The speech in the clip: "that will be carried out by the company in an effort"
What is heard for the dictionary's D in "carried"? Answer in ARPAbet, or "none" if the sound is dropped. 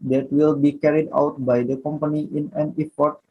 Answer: D